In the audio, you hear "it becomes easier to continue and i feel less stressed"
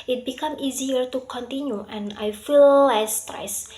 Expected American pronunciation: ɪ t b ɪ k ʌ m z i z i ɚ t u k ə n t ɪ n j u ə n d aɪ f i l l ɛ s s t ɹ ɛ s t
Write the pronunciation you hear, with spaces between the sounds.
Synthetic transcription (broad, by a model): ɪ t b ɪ k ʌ m i z i ɚ t u k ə n t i n j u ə n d aɪ f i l l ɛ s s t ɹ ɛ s